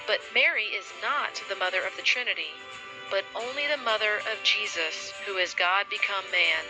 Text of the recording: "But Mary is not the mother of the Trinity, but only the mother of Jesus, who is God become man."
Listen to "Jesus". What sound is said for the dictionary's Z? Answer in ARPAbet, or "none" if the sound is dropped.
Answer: Z